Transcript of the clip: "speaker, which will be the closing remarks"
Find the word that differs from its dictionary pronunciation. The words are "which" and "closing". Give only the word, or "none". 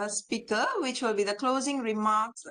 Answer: none